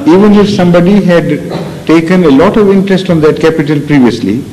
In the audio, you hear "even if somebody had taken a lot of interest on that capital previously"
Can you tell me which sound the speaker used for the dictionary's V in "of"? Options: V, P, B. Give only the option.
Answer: V